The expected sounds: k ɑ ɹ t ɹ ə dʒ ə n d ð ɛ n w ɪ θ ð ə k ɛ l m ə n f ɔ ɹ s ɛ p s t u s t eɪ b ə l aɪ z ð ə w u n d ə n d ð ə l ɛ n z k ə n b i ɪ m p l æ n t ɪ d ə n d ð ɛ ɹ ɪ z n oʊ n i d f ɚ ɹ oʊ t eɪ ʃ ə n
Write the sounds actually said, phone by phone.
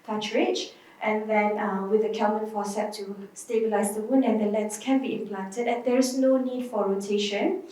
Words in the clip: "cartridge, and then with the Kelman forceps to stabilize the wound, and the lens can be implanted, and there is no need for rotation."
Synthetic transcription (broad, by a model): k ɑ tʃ ɹ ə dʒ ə n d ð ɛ n w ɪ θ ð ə k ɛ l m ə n f ɔ s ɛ t u s t eɪ b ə l aɪ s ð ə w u n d ə n d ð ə l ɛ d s k ə n b i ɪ m p l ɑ n t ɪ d ə n d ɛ ɹ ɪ s n oʊ n i d f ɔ ɹ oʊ t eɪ ʃ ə n